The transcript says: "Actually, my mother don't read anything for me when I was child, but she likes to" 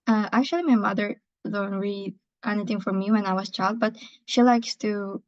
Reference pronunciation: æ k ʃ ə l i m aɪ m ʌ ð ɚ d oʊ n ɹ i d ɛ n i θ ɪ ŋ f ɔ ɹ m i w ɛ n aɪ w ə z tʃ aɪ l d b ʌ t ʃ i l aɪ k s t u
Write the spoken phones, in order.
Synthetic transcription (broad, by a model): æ k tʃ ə l i m aɪ m ʌ ð ɚ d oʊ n ɹ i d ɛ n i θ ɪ ŋ f ɔ ɹ m i w ɛ n aɪ w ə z tʃ aɪ l d b ʌ t ʃ i l aɪ k s t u